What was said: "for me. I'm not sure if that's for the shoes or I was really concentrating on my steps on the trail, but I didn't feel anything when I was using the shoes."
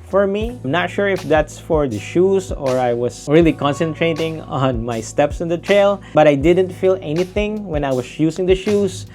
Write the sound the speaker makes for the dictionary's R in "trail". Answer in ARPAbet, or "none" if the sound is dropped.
R